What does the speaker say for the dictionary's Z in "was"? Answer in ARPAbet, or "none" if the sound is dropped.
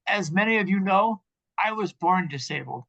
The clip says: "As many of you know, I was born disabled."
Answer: Z